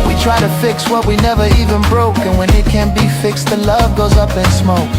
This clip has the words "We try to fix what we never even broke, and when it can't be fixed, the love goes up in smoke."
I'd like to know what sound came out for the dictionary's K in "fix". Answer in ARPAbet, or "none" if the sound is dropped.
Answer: K